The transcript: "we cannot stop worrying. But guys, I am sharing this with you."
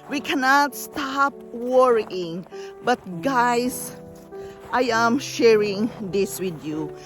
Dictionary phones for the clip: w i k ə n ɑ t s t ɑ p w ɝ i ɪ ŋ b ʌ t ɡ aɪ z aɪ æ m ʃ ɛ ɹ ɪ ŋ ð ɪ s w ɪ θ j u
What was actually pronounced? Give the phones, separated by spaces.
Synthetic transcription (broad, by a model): w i k ə n ɑ t s t ɑ p w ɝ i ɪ ŋ b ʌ t ɡ aɪ s aɪ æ m ʃ ɛ ɹ ɪ ŋ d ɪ s w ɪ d j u